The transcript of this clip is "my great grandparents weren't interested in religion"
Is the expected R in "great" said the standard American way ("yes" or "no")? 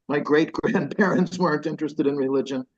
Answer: yes